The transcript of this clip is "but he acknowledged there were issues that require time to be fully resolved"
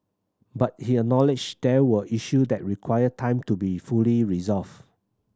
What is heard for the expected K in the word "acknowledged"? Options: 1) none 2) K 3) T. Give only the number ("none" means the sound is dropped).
1